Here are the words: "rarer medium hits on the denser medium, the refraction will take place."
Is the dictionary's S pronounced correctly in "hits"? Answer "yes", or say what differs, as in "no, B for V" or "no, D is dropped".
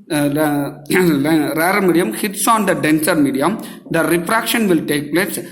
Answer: yes